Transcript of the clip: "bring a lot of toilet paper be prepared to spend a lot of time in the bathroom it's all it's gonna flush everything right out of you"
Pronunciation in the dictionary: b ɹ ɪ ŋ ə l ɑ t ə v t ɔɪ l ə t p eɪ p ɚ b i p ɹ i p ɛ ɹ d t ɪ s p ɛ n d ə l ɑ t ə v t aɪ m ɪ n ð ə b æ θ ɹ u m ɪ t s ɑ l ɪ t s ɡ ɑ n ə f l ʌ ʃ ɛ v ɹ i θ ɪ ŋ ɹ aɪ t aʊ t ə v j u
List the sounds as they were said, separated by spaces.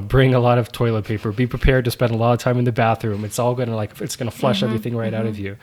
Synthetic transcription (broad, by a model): b ɹ ɪ ŋ ə l ɑ t ə v t ɔɪ l ə t p eɪ p ɚ b i p ɹ i p ɛ ɹ d t ɪ s p ɛ n d ə l ɑ t ə v t aɪ m ɪ n ð ə b æ θ ɹ u m ɪ t s ɑ l ɪ t s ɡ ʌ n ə f l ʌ ʃ ɛ v ɹ i θ ɪ ŋ ɹ aɪ t aʊ t ə v j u